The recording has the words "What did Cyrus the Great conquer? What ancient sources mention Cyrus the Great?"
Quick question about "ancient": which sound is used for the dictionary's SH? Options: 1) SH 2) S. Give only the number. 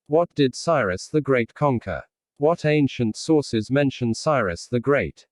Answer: 1